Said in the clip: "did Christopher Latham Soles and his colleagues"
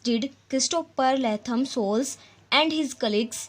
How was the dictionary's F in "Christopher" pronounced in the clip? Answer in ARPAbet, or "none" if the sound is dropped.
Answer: P